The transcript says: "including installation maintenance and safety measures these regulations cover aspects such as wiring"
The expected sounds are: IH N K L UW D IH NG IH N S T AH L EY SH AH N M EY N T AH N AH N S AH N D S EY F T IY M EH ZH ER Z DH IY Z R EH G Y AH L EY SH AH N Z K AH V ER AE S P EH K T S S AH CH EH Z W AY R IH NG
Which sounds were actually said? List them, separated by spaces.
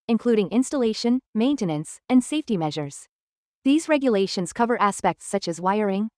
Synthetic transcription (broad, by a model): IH N K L UW D IH NG IH N S T AH L EY SH AH N M EY N T AH N AH N S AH N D S EY F T IY M EH ZH ER Z DH IY Z R EH G Y AH L EY SH AH N Z K AH V ER AE S P EH K T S S AH CH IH Z W AY R IH NG